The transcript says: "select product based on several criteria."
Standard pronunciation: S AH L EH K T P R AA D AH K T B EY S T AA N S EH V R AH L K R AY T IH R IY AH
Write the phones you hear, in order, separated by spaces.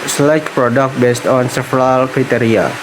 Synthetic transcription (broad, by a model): S L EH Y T P R AA D AH K T B EY S T AA N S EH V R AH L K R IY T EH R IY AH